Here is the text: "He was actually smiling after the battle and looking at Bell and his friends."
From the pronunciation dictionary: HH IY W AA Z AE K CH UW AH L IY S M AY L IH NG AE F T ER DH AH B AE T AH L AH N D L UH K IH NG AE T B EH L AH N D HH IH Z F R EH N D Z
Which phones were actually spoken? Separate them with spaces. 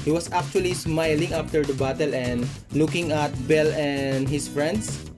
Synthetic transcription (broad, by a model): HH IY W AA S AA K CH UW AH L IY S M AY L IH NG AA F T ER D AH B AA T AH L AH N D L UH K IH NG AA T B EH L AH N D HH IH S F R EH N D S